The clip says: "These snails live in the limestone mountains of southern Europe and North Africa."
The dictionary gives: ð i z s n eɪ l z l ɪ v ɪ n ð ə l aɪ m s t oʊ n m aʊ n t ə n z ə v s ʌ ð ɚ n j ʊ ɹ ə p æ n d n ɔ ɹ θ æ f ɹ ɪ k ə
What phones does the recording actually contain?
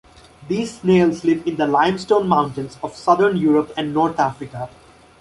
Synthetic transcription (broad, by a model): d i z s n eɪ l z l ɪ v ɪ n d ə l aɪ m s t oʊ n m aʊ n t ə n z ə v s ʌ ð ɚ n j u ɹ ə p æ n d n ɔ ɹ t æ f ɹ ɪ k ə